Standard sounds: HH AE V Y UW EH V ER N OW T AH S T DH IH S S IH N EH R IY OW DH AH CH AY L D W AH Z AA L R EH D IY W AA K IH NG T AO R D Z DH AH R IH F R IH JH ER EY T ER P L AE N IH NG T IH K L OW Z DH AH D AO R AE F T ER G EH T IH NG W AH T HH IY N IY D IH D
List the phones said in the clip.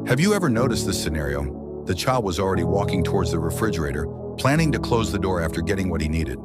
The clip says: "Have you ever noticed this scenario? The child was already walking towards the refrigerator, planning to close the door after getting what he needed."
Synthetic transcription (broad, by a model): HH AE V Y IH EH V ER N OW T AH S T DH IH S S IH N EH R IY OW DH AH CH AY L D W AH Z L R EH D IY W AA K IH NG T AO R D Z DH AH R IH F R IH JH ER EY T ER P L AE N IH NG T IH K L OW Z DH AH D AO R AE F T ER G EH T IH NG W AH T HH IY N IY D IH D